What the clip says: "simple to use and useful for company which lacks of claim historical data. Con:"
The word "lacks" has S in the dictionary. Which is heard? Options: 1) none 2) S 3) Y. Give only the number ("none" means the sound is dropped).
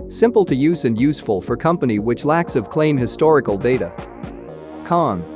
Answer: 2